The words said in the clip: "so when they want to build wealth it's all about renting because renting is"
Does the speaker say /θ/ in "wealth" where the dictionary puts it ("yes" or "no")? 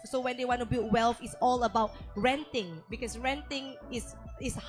no